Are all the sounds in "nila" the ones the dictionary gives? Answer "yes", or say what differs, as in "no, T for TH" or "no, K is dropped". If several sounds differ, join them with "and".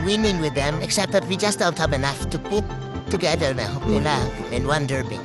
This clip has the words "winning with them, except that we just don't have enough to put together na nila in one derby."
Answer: no, L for N